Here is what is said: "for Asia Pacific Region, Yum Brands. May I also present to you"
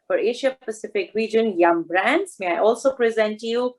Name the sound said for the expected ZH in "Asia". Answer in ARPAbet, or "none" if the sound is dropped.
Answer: SH